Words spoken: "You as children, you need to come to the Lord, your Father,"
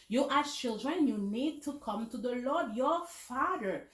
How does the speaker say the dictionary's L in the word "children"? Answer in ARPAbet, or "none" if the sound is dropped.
L